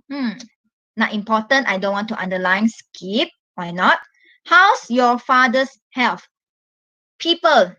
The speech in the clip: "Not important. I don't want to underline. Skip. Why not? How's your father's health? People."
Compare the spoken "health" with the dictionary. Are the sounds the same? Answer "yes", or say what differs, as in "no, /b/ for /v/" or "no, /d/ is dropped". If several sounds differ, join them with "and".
no, /f/ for /θ/